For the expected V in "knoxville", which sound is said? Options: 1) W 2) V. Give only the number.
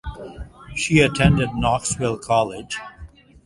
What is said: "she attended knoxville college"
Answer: 1